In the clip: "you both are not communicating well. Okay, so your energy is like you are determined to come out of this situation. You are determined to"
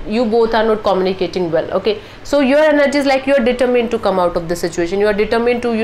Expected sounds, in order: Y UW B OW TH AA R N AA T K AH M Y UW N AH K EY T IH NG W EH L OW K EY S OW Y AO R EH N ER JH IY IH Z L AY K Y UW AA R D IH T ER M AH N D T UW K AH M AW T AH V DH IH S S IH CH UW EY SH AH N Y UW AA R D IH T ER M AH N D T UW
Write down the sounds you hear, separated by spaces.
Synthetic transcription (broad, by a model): Y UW B OW T AA R N AA T K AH M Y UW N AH K EY T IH NG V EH L OW K EY S OW Y AO R EH N ER JH IY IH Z L AY K Y UW AA R D IH T ER M AH N D T UW K AH M AW T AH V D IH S S IH CH UW EY SH AH N Y UW AA R D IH T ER M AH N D T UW